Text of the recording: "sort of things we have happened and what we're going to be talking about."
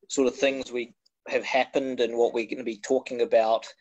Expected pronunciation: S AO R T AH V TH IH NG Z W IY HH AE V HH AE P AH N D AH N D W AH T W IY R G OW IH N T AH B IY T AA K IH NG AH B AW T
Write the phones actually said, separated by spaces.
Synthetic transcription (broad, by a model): S AO R T AH V TH IH NG Z W IY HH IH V HH AE P AH N D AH N W AH T W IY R G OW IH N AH B IY T AA K IH NG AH B AW T